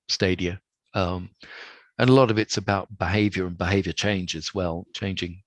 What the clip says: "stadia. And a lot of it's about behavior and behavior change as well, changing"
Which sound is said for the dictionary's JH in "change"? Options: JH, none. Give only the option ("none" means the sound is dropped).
JH